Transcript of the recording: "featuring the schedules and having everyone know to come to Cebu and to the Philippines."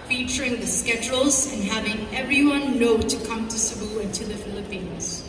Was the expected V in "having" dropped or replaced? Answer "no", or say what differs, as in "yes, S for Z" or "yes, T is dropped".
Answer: no